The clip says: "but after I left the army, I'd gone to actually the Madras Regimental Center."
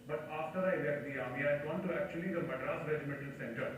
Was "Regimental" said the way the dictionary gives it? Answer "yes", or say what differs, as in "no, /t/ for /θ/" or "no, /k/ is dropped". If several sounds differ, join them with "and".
no, /n/ is dropped